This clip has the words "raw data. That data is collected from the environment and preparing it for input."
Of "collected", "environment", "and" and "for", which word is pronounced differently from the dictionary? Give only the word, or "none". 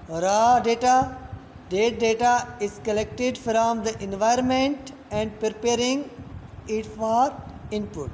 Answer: none